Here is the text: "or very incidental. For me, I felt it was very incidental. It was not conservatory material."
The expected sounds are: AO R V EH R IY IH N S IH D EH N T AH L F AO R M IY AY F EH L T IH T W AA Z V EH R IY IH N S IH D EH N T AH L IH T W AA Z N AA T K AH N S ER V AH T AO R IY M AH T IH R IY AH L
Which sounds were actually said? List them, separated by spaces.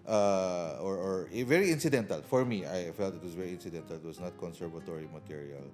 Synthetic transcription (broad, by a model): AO R V EH R IY IH N S IH D EH N T AH L F AO R M IY AY F EH L T IH T W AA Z V EH R IY IH N S IH D EH N T AH L IH T W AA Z N AA T K AH N S ER V AH T AO R IY M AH T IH R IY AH L